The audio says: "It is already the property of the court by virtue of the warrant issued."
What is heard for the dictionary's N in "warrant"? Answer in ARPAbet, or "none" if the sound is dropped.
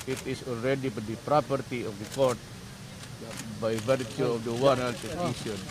L